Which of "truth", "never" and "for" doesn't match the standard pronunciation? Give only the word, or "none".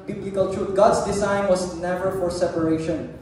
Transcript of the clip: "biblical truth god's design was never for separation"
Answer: truth